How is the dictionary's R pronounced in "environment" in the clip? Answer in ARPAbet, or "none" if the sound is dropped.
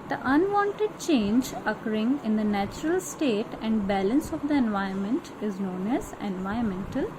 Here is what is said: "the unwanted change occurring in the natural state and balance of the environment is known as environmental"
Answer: none